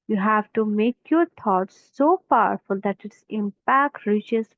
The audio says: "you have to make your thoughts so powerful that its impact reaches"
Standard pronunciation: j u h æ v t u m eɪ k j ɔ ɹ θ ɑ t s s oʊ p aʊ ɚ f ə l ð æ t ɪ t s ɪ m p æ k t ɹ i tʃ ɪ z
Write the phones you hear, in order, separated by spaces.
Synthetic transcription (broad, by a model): j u h æ v t u m eɪ k j ɔ ɹ t ɑ t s s oʊ p aʊ ɚ f ə l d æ t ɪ t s ɪ m p æ k t ɹ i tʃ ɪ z